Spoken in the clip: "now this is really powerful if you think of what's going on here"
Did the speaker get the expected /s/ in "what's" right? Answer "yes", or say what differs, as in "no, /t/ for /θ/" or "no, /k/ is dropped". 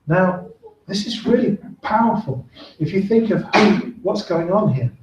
yes